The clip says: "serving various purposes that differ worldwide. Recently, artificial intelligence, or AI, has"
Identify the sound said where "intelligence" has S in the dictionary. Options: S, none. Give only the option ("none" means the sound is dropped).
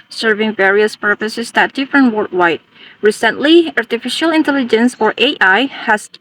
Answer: S